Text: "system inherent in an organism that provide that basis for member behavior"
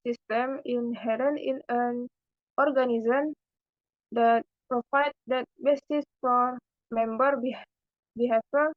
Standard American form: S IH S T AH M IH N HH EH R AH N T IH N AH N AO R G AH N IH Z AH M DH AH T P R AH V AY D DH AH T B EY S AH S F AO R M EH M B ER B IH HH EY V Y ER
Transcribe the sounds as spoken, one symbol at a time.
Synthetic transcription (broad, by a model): S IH S T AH M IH N HH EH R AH N IH N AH N AO R G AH N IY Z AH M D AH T P R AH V AY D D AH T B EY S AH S F AO R M EH M B ER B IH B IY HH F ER